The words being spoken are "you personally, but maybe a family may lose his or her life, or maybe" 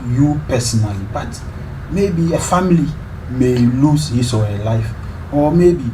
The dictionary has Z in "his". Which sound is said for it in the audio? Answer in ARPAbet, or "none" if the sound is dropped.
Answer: S